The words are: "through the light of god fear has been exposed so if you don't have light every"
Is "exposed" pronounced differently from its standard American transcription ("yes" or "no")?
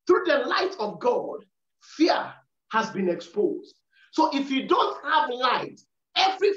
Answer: no